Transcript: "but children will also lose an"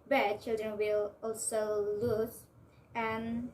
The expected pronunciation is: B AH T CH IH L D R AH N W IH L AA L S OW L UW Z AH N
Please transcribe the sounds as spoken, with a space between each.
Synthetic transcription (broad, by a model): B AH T CH IH L D R AH N W IH L AA L S OW L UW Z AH N